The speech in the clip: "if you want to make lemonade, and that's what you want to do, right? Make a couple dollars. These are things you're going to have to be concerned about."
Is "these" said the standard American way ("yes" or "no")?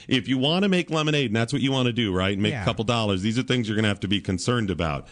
yes